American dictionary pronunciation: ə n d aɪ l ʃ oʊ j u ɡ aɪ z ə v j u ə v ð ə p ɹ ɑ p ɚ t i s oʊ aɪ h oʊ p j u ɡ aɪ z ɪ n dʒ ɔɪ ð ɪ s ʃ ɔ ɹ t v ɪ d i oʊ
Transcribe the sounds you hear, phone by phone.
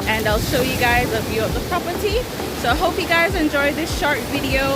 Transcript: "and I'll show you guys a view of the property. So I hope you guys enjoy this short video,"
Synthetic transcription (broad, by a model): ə n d aɪ l ʃ oʊ j u ɡ aɪ z ə v j u ə v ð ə p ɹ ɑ p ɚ t i s oʊ aɪ h oʊ p j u ɡ aɪ z ɪ n dʒ ɔɪ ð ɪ s ʃ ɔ ɹ t v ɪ d i oʊ